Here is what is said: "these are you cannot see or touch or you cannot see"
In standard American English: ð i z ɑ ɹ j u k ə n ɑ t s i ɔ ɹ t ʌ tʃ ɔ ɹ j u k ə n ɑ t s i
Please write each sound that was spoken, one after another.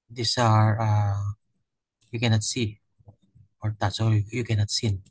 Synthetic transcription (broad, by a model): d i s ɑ ɹ j u k ə n ɑ t s i ɔ ɹ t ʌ s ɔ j j u k ə n ɑ t s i